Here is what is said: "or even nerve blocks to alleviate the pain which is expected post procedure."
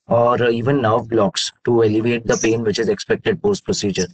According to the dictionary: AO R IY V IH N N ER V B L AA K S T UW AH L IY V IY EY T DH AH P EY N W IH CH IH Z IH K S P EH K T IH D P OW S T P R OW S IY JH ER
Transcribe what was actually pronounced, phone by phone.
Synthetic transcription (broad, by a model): AO R IY V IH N N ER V B L AA K S T UW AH L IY V EY T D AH P EY N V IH CH IH Z IH K S P EH K T IH D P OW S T P R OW S IY JH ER